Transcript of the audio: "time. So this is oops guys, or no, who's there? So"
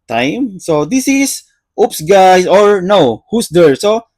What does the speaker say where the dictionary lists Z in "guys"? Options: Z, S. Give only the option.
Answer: S